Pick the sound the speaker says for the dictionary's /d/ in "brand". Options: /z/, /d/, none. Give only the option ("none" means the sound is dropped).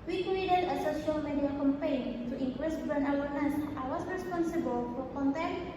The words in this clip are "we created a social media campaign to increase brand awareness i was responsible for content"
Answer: none